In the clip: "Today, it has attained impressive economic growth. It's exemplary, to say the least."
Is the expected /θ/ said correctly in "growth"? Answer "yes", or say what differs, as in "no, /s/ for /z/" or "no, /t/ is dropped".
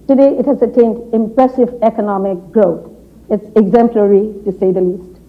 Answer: no, /t/ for /θ/